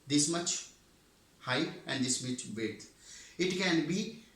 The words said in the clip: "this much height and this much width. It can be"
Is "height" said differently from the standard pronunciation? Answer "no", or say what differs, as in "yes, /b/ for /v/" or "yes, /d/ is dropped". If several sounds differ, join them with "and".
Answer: yes, /t/ is dropped